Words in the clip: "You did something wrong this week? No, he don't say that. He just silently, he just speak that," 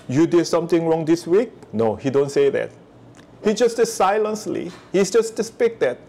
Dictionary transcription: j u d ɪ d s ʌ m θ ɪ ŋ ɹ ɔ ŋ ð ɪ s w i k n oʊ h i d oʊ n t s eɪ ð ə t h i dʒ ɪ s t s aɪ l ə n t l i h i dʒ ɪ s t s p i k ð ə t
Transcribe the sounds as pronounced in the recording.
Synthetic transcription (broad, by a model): j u d ɪ d s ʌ m t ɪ ŋ ɹ ɔ ŋ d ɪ s w i k n oʊ h i d oʊ n t s eɪ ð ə t h i dʒ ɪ s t s aɪ l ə n s l i h i dʒ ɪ s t s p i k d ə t